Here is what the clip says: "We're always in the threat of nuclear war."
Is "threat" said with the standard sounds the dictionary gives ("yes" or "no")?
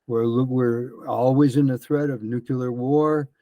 yes